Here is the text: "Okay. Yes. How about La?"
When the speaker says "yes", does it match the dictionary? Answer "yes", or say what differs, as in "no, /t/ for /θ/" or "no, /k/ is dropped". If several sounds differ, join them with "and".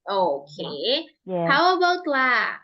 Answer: no, /s/ is dropped